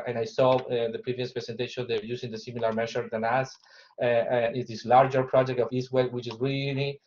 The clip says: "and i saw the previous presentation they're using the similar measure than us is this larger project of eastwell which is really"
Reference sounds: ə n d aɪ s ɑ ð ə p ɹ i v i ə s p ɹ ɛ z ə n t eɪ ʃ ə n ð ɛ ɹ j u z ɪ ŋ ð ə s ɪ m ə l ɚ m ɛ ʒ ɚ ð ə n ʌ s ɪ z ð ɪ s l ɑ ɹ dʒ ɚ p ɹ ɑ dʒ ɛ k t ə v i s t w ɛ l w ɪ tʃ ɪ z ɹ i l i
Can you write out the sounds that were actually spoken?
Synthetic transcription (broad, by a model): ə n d aɪ s ɑ ð ə p ɹ i v i ə s p ɹ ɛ s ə n t eɪ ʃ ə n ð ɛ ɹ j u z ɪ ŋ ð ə s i m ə l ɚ m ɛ ʃ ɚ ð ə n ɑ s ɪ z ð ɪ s l ɑ ɹ dʒ ɚ p ɹ ɑ dʒ ɛ k t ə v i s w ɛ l w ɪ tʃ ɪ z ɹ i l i